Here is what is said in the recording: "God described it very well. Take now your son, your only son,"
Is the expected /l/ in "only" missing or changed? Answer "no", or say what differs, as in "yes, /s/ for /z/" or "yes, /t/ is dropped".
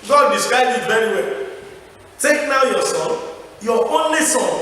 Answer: no